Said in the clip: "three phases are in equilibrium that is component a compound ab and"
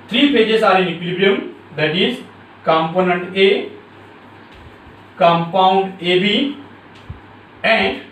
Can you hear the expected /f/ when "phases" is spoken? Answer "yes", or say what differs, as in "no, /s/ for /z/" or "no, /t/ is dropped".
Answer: no, /p/ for /f/